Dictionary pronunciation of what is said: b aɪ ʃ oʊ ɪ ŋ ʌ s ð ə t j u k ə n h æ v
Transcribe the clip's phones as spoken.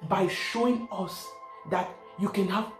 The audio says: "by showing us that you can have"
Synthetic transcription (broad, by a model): b aɪ ʃ oʊ ɪ ŋ ʌ s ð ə t j u k ə n h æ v